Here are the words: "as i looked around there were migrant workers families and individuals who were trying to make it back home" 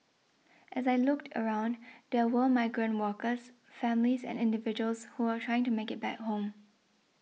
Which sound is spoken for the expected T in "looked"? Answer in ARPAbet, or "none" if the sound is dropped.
T